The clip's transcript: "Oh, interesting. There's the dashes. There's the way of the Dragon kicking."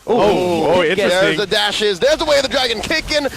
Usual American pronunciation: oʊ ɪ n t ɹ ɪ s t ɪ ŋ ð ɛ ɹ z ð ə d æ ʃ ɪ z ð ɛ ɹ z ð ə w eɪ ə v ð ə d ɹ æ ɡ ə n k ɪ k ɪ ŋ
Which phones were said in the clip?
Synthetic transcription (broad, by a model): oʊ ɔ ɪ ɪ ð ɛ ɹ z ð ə d æ ʃ ɪ z ð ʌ ɹ z ð ə w eɪ ə v ð ə d ɹ æ ɡ ə n k ɪ k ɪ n